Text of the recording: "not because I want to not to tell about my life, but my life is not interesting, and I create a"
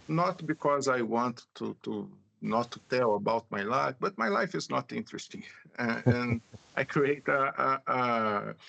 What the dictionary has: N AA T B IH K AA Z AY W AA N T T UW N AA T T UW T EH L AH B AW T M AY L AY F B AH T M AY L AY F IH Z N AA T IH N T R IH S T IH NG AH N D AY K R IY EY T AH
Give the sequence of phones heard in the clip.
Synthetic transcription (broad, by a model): N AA T B IH K AA Z AY W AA N T T UW N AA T T UW T EH L AH B AW T M AY L AY F B AH T M AY L AY F IH Z N AA T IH N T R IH S T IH NG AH N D AY K R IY EY T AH